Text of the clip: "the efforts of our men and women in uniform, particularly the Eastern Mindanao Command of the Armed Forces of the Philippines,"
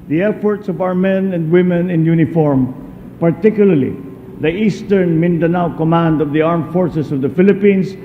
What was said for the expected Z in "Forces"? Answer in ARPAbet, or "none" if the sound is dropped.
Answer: S